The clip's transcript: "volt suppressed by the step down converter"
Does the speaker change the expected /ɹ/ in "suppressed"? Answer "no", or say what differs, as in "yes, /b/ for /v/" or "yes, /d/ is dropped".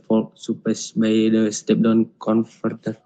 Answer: yes, /ɹ/ is dropped